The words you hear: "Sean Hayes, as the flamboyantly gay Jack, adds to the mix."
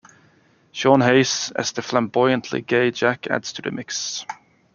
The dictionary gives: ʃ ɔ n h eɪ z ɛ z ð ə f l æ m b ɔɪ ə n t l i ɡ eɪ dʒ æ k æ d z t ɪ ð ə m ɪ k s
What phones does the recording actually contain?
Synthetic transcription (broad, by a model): ʃ ɔ n h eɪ s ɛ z ð ə f l æ m b ɔɪ ə n t l i ɡ eɪ dʒ æ k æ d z t ɪ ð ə m ɪ k s